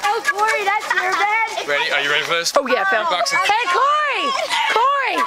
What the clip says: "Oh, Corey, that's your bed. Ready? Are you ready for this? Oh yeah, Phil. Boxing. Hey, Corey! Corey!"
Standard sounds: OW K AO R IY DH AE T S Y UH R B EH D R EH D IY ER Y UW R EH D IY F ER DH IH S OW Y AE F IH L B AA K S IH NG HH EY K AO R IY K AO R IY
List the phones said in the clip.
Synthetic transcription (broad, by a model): OW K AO R IY DH AE T S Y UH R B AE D R EH D IY ER Y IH R EH D IY F ER DH IH S OW Y AE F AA N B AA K S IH HH EY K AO R IY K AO R IY